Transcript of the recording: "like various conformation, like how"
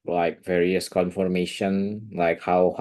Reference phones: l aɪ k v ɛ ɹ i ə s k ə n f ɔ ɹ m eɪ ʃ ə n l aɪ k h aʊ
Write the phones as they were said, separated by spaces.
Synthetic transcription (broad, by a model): l aɪ k v ɛ ɹ i ə s k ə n f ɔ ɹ m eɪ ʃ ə n l aɪ k h aʊ